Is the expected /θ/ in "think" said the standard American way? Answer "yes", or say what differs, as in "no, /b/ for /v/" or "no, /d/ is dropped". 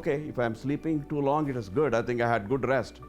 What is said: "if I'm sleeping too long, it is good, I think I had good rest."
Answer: no, /t/ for /θ/